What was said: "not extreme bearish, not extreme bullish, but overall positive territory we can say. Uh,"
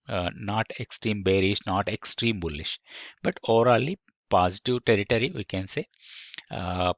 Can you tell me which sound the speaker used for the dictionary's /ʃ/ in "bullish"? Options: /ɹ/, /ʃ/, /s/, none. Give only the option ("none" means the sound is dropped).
/ʃ/